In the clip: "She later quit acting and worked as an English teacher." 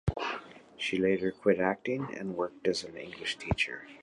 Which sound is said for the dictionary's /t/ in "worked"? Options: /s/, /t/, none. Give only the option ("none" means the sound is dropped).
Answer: /t/